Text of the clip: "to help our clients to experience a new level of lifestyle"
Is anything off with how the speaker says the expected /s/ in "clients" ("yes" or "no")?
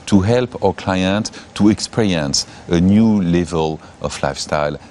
yes